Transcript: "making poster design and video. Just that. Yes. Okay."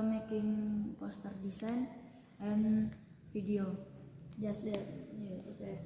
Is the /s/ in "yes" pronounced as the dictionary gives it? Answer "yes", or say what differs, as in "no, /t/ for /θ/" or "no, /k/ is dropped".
no, /s/ is dropped